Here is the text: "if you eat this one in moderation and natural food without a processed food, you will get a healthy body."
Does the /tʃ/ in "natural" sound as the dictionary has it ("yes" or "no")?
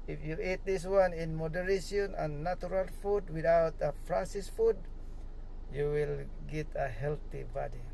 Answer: no